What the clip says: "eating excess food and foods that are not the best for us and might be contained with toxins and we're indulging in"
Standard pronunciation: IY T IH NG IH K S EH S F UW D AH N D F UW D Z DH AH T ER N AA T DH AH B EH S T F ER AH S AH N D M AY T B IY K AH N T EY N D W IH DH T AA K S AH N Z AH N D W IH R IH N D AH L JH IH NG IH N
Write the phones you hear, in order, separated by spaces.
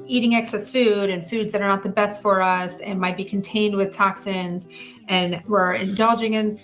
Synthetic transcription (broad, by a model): IY T IH NG IH K S EH S F UW D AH N F UW D Z DH AH T ER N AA T DH AH B EH S T F ER AH S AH N M AY T B IY K N T EY N D W IH DH T AA K S AH N Z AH N W IH R IH N D AH L JH IH NG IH N